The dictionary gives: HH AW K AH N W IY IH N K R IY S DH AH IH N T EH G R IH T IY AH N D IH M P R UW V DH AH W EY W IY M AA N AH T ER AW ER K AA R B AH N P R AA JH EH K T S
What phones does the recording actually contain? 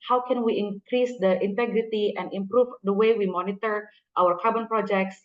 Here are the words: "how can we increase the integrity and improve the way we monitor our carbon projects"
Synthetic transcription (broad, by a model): HH AW K AH N W IY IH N K R IY S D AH IH N T EH G R IH T IY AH N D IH M P R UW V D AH W EY W IY M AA N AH T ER AW ER K AA R B AH N P R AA JH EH K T S